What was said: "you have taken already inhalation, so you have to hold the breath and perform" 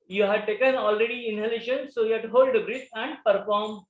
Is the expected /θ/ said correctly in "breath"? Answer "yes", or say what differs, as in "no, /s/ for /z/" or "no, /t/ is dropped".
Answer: no, /s/ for /θ/